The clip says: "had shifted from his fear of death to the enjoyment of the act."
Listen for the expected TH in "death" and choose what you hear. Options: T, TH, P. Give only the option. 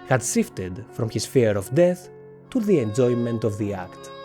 TH